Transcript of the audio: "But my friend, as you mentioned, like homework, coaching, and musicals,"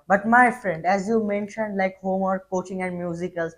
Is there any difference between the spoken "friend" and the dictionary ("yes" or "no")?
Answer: no